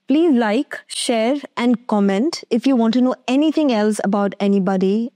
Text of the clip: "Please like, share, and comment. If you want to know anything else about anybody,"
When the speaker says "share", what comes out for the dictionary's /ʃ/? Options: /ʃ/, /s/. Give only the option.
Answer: /ʃ/